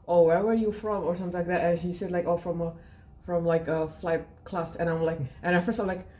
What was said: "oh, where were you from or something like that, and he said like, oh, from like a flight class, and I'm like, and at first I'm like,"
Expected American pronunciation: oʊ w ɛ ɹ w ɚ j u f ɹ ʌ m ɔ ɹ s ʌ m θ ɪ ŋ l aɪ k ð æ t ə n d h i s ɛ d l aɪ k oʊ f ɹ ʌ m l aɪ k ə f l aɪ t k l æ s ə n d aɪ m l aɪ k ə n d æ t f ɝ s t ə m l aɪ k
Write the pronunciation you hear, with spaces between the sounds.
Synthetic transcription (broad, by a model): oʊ w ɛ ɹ w ɚ j u f ɹ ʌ m ɔ ɹ s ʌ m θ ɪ l aɪ k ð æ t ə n h i s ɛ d l aɪ k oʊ f ɹ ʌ m l aɪ k ə f l aɪ t k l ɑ s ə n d aɪ m l aɪ k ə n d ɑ f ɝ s ə m l aɪ k